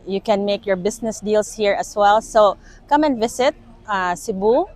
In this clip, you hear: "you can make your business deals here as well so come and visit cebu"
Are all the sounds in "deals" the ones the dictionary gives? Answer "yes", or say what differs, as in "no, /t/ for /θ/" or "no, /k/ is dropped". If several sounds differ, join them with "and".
no, /s/ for /z/